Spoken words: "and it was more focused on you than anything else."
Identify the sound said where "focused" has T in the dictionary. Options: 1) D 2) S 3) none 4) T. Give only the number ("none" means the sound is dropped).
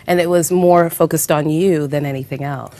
4